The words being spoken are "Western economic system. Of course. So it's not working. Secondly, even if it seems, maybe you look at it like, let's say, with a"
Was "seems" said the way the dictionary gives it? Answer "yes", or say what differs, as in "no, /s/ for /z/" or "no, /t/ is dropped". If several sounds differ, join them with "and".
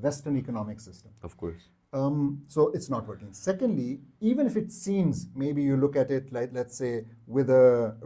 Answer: yes